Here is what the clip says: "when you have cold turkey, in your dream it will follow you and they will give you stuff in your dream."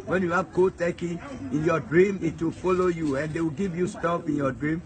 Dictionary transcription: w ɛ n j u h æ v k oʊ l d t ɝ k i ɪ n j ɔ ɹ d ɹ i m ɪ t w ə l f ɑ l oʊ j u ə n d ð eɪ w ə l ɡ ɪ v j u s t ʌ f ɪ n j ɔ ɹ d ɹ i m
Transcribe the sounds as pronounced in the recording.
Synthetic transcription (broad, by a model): w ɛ n j u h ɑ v k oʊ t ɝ k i ɪ n j ɔ d ɹ i m ɪ t w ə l f ɑ l oʊ j u ə n d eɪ w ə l ɡ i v j u s t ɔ p ɪ n j ɔ d ɹ i m